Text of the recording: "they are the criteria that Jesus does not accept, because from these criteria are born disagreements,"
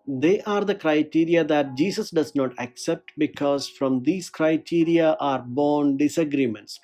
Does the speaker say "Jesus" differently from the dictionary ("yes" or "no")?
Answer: yes